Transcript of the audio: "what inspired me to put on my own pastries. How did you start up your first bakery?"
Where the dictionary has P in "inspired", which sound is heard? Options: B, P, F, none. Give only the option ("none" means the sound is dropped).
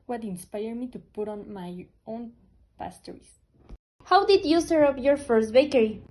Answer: P